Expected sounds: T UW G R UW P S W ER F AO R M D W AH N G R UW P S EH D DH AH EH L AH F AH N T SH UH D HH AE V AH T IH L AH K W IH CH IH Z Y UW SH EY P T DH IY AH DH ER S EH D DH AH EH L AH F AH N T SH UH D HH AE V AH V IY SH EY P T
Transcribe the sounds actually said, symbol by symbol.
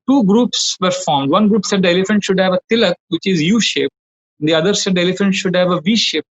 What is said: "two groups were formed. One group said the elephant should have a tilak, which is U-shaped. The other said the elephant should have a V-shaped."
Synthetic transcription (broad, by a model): T UW G R UW P S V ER F AO R M D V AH N G R UW P S EH D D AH EH L AH F AH N T SH UH D HH AE V AH T IH L AH K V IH CH IH Z Y UW SH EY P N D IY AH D ER S EH D EH L AH F AH N T SH UH D HH AE V AH V IY SH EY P